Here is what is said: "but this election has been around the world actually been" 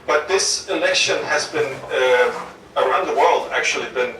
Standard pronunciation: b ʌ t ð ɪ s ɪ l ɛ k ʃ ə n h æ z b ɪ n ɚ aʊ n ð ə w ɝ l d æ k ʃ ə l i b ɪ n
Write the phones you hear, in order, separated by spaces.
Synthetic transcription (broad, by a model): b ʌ t ð ɪ s ɪ l ɛ k ʃ ə n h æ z b ɪ n ɚ aʊ n ð ə w ɝ l d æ k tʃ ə l i b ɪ n